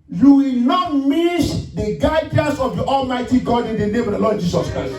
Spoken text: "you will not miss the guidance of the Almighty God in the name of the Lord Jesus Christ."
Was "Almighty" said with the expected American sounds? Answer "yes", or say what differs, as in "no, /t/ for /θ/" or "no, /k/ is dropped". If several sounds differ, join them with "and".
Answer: yes